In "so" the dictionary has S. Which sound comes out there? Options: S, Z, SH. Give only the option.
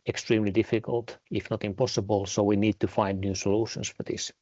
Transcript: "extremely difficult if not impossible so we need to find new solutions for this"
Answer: S